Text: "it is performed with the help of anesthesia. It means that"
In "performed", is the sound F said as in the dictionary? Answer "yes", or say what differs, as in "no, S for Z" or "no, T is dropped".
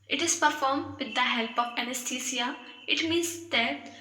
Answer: yes